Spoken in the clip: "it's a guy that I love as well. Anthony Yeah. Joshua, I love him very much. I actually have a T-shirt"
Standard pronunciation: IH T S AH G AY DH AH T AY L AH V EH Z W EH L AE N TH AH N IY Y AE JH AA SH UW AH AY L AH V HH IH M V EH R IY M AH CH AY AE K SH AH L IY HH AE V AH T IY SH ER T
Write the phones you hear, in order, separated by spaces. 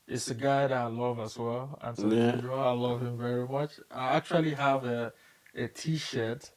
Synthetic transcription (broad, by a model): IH T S AH G AY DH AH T AY L AH V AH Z W EH L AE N T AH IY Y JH AA UW L AH V HH IH M V EH R IY M AH CH AY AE K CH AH L IY HH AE V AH T IY SH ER T